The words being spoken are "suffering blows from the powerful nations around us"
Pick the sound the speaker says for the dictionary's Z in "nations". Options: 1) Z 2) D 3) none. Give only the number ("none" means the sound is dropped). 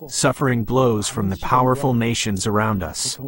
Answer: 1